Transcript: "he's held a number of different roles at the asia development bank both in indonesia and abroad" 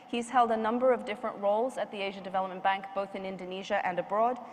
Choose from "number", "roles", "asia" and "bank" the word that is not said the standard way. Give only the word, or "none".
none